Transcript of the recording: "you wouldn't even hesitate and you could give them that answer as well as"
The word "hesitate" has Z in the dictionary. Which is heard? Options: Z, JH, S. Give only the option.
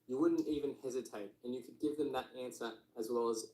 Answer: Z